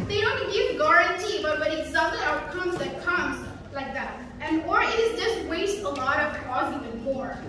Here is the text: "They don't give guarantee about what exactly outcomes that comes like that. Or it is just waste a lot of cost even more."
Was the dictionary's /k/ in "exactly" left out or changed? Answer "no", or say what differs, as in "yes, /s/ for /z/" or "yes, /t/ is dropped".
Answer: yes, /k/ is dropped